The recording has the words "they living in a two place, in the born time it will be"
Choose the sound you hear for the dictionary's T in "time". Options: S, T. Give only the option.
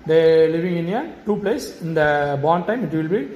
T